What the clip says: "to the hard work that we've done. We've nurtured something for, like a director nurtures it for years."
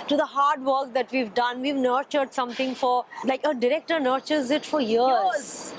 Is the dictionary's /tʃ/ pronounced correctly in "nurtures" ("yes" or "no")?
yes